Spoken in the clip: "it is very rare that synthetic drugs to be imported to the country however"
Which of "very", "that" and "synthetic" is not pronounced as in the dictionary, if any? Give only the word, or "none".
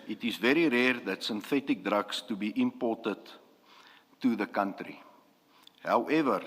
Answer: none